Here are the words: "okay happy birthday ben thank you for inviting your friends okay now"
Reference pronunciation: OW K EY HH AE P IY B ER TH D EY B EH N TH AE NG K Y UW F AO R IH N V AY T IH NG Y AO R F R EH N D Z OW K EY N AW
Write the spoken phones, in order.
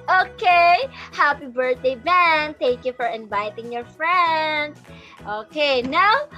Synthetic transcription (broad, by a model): OW K EY HH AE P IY B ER T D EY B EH N T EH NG K Y UW F AO R IH N V AY T IH NG Y AO R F R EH N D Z OW K EY N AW